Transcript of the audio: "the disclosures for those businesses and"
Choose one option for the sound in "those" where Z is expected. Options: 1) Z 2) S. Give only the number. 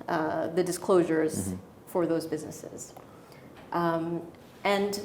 1